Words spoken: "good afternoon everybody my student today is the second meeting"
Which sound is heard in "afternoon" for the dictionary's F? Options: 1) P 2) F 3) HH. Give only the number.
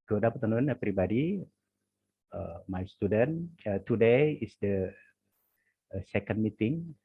1